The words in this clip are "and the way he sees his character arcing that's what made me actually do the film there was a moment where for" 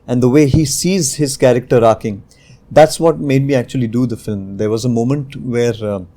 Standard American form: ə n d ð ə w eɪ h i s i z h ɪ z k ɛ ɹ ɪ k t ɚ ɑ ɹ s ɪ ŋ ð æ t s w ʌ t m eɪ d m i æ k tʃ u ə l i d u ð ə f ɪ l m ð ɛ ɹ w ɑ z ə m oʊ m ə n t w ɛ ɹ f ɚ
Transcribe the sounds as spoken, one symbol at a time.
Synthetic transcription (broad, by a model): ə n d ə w eɪ h i s i z h ɪ z k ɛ ɹ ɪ k t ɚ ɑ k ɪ ŋ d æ t s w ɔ t m eɪ d m i æ k tʃ u ə l i d u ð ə f ɪ l m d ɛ ɹ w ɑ z ə m oʊ m ə n t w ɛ ɹ